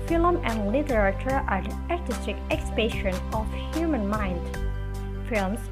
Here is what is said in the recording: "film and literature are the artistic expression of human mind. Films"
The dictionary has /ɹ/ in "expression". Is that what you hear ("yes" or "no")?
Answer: no